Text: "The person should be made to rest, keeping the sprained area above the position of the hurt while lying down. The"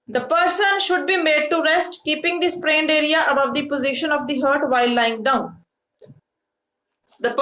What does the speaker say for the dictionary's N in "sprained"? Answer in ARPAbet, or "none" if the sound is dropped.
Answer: N